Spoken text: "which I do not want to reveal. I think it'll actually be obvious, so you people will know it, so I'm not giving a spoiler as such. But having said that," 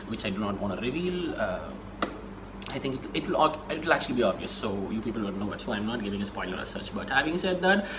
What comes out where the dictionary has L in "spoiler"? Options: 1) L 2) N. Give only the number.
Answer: 2